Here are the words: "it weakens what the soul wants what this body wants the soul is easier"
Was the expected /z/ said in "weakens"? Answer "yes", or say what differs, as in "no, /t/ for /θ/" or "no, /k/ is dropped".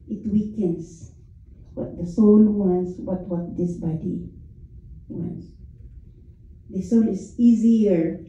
no, /s/ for /z/